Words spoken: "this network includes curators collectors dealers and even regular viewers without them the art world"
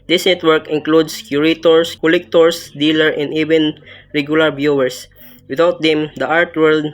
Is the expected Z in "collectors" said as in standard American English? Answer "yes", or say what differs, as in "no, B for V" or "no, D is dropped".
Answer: no, S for Z